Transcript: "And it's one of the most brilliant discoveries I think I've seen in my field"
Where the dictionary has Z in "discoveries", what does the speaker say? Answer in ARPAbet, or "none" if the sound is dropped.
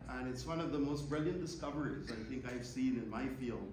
Z